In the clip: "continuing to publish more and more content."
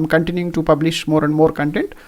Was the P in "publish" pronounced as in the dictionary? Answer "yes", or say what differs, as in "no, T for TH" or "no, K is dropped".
yes